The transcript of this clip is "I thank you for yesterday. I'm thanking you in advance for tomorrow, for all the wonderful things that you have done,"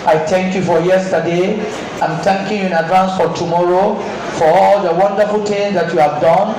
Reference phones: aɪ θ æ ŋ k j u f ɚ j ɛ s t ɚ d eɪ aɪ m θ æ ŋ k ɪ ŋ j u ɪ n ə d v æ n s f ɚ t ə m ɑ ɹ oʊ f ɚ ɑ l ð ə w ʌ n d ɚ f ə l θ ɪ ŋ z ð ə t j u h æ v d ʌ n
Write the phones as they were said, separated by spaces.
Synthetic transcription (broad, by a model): aɪ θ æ ŋ k j u f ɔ j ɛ s t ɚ d eɪ aɪ m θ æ ŋ k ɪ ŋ j u ɪ n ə d v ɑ n s f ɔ t ə m ɑ ɹ oʊ f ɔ ɑ l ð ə w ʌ n d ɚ f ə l t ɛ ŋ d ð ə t j u h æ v d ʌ n